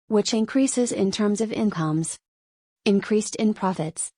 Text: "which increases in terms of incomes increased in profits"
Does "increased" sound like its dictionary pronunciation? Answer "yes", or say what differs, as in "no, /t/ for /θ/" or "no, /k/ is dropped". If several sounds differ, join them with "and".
yes